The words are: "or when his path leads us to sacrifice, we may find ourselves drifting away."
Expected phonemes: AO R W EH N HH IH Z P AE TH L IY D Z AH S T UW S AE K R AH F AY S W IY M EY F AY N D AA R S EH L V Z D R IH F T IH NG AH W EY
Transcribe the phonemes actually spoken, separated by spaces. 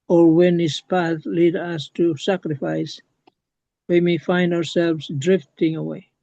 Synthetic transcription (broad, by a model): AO R W EH N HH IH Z P AE TH L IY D AH S T UW S AE K R AH F AY S W IY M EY F AY N D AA R S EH L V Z D R IH F T IH NG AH W EY